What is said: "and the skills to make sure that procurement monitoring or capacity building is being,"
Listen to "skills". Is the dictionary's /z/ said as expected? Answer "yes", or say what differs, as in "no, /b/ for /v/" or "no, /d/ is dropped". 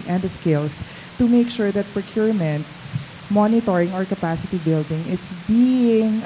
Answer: no, /s/ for /z/